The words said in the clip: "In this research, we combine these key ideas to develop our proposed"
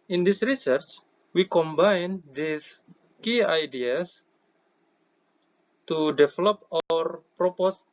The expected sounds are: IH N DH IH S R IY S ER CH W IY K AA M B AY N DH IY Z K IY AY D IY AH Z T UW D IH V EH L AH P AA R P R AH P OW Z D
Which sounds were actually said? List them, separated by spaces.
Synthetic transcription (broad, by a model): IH N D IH S R IY S ER CH W IY K AA M B AY N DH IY S K IY AY D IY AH S T UW D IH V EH L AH P AA R P R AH P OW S